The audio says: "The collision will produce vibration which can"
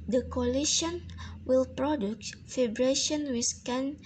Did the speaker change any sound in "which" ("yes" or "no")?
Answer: yes